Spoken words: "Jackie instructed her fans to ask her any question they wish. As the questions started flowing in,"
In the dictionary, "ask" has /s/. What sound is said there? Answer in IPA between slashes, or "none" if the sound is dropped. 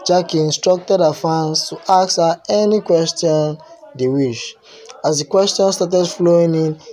none